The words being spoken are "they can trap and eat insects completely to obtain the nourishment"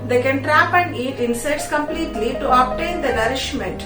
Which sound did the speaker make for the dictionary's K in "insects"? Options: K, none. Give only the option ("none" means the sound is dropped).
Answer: none